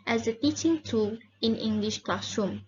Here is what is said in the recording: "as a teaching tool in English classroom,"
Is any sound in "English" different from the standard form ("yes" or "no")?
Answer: no